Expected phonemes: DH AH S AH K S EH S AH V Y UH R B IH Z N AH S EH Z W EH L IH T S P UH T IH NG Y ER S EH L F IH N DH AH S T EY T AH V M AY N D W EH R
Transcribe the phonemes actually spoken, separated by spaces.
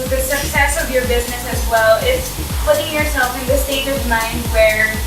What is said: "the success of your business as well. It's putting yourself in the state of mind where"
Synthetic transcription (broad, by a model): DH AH S AH K S EH S AH V Y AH R B IH Z N AH S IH Z W EH L IH T S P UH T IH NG Y ER S EH L F IH N DH AH S T EY T AH V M AY N D W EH R